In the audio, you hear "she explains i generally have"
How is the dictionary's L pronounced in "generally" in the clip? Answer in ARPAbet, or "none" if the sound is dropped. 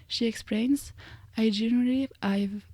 none